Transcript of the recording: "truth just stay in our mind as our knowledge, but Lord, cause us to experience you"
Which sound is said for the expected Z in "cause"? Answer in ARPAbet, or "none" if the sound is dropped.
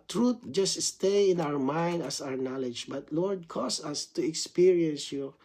S